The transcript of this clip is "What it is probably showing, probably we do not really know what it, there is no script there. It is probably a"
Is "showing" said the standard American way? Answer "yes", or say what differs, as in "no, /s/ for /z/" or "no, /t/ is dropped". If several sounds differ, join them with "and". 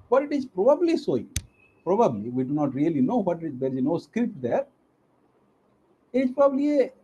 no, /s/ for /ʃ/